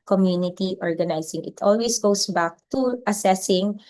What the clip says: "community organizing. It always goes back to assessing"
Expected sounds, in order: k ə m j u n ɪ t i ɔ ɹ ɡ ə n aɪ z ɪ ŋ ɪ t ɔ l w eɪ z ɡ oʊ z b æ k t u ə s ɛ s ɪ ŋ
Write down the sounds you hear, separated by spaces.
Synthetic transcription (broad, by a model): k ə m j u n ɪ t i ɔ ɹ ɡ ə n aɪ s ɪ ŋ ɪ t ɔ l w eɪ s ɡ oʊ s b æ k t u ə s ɛ s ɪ ŋ